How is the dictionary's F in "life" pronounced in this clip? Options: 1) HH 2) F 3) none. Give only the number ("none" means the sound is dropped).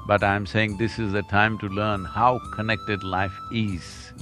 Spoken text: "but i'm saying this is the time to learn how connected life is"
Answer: 2